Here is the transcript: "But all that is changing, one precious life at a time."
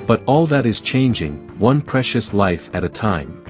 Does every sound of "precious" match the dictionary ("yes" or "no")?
yes